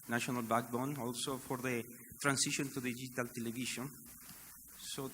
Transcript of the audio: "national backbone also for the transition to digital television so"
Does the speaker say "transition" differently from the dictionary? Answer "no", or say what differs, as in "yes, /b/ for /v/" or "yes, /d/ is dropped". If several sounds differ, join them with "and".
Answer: yes, /s/ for /z/